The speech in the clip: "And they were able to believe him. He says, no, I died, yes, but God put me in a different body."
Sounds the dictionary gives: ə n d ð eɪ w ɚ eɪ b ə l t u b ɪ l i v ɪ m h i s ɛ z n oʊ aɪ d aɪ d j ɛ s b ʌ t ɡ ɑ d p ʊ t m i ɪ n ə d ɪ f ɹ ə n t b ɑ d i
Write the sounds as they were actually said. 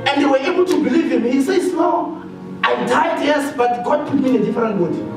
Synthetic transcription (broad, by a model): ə n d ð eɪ w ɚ eɪ b ə l t u b ɪ l i v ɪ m h i s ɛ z n oʊ aɪ d aɪ d j ɛ s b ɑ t ɡ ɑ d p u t m i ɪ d ə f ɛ ɹ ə n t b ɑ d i